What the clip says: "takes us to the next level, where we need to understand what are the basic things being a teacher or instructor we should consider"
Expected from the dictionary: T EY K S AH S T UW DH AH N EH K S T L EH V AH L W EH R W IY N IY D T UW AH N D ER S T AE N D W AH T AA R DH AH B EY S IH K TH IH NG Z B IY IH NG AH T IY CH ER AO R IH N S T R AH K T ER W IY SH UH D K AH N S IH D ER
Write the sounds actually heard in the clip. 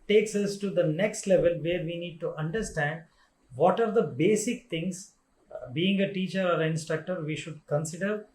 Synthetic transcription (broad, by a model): T EY K S AH S T UW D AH N EH K S T L EH V AH L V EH R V IY N IY D T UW AH N D ER S T AE N D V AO T AA R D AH B EY S IH K T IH NG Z B IY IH NG AH T IY CH ER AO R IH N S T R AH K T ER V IY SH UH D K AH N S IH D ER